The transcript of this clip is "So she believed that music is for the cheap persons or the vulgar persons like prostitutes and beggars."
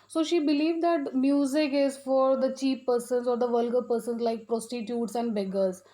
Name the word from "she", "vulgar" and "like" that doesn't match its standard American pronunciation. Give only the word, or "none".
none